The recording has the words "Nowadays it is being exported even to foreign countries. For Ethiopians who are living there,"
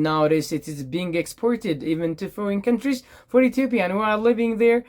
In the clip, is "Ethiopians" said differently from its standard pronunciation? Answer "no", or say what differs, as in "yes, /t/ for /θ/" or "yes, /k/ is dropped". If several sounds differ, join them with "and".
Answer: yes, /t/ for /θ/